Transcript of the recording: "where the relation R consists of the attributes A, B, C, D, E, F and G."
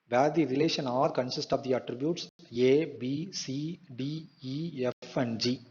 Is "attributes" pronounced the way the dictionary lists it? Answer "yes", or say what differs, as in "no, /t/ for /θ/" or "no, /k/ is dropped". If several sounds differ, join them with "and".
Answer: yes